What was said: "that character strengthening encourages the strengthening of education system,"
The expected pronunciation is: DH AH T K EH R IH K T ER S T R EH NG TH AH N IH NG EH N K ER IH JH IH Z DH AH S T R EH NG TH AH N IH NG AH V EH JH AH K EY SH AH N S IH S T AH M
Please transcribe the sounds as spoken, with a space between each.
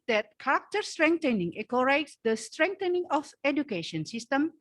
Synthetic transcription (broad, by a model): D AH T K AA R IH K T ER S T R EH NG T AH N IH NG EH K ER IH IH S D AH S T R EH NG T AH N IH NG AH F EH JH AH K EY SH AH N S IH S T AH M